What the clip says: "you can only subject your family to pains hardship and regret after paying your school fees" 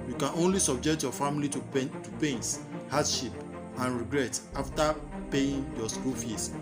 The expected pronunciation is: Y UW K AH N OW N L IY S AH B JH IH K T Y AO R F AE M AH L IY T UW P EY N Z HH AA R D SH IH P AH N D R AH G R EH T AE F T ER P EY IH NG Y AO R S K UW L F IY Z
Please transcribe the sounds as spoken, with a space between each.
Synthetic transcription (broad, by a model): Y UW K AH N OW N L IY S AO B JH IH K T Y AO F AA M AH L IY T UW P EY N S HH AA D SH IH P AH N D R AH G R EH T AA F T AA P EY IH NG Y AO S K UW L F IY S